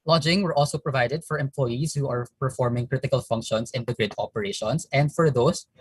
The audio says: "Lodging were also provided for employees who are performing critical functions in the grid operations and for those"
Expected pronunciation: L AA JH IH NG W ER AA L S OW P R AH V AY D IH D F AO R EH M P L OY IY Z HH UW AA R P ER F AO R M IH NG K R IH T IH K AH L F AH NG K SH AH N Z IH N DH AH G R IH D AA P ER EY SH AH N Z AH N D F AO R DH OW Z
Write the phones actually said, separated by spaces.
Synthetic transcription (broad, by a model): L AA JH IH NG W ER AA L S OW P R AH V AY D IH D F AO R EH M P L OY IY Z HH UW AA R P ER F AO R M IH NG K R IH T IH K AH L F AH NG K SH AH N S IH N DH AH G R IH D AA P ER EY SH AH N S AH N D F AO R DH OW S